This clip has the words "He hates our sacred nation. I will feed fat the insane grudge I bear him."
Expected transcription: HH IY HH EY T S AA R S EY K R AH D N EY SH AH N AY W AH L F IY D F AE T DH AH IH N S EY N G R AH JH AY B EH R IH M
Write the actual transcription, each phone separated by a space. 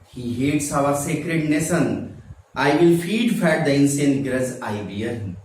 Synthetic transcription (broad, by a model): HH IY HH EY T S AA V S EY K R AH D N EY S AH N AY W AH L F IY D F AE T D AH IH N S EY N G R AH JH AY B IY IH